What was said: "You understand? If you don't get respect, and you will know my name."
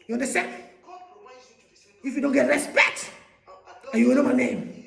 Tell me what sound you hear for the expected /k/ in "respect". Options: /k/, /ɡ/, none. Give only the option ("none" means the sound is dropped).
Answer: /k/